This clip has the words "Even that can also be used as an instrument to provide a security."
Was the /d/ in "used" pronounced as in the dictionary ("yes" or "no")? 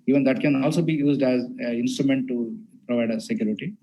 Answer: yes